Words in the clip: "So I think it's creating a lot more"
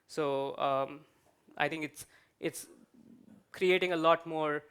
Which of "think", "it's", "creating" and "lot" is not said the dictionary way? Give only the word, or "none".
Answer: think